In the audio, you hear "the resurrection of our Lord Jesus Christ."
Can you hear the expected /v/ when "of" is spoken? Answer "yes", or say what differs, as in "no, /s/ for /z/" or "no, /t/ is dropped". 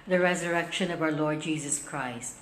yes